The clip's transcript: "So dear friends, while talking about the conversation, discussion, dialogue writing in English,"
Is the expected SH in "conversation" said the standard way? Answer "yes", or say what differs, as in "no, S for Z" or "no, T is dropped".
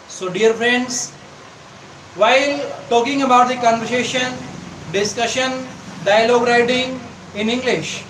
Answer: yes